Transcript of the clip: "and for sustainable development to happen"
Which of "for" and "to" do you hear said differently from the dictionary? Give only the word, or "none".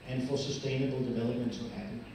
to